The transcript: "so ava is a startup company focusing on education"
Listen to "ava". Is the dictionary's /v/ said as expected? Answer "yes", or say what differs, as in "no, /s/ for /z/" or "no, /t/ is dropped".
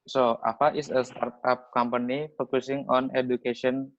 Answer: no, /p/ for /v/